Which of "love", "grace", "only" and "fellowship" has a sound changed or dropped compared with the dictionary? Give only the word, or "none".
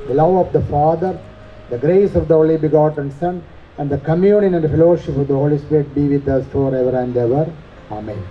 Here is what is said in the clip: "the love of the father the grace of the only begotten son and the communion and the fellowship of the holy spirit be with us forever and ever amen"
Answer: only